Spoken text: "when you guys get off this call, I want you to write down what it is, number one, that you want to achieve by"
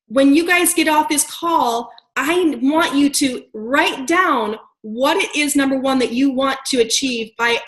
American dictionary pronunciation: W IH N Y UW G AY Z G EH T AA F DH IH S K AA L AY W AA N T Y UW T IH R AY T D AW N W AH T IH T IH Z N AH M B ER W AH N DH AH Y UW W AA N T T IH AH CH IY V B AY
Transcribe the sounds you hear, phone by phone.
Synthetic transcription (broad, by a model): W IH N Y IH G AY Z G EH T AA F DH IH S K AA L AY W AA N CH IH T IH R AY T D AW N W AH T IH T IH Z N AH M B ER W AH N DH AH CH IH W AA N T T IH AH CH IY V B AY